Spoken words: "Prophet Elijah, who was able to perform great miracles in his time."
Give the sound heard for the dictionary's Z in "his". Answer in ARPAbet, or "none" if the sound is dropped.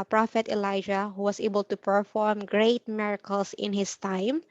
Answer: S